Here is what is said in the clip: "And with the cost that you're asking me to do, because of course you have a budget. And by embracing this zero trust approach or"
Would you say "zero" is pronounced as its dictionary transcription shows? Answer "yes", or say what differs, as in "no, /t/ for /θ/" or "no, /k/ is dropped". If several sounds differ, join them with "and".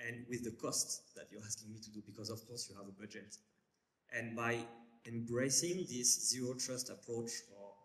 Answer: yes